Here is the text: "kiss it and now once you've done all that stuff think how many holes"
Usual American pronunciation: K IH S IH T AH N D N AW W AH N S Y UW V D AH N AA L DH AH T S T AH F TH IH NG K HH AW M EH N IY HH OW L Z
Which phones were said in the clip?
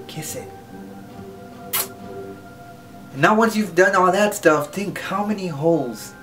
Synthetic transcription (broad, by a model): K IH S IH T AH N N AW W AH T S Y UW V D AH N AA DH AH T S T AH F TH IH NG K HH AW M EH N IY HH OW L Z